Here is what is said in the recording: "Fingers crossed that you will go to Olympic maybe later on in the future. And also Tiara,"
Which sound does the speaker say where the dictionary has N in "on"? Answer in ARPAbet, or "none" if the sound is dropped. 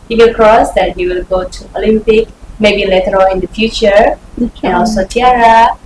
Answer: L